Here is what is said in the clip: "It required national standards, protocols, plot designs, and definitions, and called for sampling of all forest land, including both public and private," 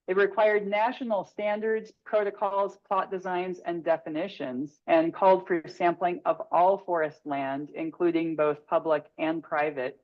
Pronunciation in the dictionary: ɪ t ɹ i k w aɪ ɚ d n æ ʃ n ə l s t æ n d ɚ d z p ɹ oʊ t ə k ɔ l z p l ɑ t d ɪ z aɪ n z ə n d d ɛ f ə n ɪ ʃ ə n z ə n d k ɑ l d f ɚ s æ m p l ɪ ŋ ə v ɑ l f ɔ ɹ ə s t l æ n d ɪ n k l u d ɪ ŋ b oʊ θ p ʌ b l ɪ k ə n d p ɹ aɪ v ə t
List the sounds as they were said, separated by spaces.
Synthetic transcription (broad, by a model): ɪ t ɹ i k w aɪ ɚ d n æ ʃ n l s t æ n d ɚ d z p ɹ oʊ t ə k ɔ l z p l ɑ t d ɪ z aɪ n z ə n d d ɛ f ə n ɪ ʃ ə n z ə n k ɑ l d f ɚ s æ m p l ɪ ŋ ə v ɑ l f ɔ ɹ ə s t l æ n d ɪ n k l u d ɪ ŋ b oʊ θ p ʌ b l ɪ k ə n p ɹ aɪ v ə t